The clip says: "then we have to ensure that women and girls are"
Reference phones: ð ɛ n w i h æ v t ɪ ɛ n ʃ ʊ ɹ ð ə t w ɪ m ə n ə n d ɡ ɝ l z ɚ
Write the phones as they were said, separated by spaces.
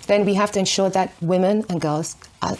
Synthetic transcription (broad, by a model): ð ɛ n w i h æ f t ɪ ɛ n ʃ ʊ ɹ ð ə t w ɪ m ə n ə n ɡ ɝ l z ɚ